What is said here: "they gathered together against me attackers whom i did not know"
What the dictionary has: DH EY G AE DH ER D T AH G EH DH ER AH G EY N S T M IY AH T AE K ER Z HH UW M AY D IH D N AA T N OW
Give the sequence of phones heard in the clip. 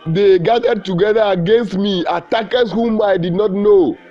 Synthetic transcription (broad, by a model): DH EY G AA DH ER D T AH G EH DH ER AH G EY N S T M IY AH T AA K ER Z HH UW M AY D IH D N AA T N OW